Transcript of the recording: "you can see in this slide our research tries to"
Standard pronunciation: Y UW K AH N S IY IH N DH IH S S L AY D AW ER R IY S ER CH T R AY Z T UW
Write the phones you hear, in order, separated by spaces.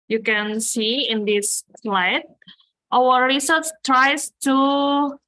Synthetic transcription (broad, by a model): Y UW K AH N S IY IH N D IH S S L AY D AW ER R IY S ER S T R AY S T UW